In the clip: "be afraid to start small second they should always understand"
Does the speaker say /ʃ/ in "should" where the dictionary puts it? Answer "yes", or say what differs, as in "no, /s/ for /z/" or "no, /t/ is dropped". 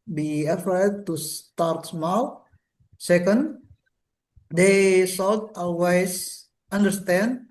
no, /s/ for /ʃ/